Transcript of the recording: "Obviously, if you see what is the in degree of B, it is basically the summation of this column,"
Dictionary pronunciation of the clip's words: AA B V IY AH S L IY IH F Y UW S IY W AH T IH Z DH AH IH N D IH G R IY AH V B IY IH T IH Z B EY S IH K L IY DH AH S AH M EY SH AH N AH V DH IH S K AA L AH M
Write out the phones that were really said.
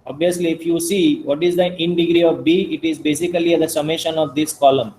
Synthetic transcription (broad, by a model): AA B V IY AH S L IY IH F Y UW S IY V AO T IH Z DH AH IH N D IH G R IY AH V B IY IH T IH Z B EY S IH K L IY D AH S AH M EY SH AH N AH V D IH S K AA L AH M